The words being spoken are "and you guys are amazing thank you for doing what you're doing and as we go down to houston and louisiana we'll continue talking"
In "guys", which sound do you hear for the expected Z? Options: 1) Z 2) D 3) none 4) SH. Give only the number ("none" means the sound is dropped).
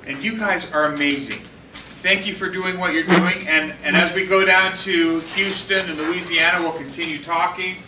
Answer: 1